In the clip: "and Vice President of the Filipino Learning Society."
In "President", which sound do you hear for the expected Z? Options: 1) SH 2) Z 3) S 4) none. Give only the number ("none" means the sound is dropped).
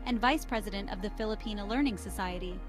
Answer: 2